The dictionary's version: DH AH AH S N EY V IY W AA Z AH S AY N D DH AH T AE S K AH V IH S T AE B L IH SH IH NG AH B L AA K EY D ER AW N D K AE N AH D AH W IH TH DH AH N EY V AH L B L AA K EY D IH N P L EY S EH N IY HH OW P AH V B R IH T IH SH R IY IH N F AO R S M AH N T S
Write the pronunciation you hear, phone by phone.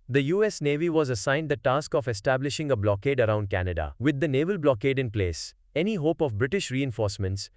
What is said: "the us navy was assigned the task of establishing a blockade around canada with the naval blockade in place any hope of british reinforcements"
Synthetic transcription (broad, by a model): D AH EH S N EY V IY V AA Z AH S AY N D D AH T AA S K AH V IH S T AE B L IH SH IH NG AH B L AA K EY D ER AW N D K AE N AH D AH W IH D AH N EY V AH L B L AA K EY D IH N P L EY S EH N IY HH OW P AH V B R IH T IH SH R IY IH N F AO R S M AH N T S